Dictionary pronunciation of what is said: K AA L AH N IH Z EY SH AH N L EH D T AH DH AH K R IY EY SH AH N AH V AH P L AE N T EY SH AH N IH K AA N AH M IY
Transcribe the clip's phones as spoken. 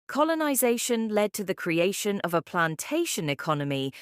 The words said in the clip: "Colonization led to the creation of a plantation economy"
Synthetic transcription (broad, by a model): K AA L AH N IH Z EY SH AH N L EH D T AH DH AH K R IY EY SH AH N AH V AH P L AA N T EY SH AH N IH K AA N AH M IY